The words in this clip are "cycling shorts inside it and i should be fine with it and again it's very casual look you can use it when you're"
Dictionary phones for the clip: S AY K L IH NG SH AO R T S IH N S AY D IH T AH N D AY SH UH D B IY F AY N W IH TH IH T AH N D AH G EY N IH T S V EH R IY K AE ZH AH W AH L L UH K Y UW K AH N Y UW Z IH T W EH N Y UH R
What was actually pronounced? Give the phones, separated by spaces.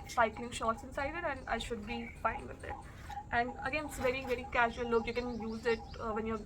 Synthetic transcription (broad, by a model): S AY K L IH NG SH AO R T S IH N S AY D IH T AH N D AY SH UH D B IY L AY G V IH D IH T AH N D AH G EY N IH T S V EH R IY K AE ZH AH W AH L L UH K Y UW K AH N Y UW Z IH T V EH N Y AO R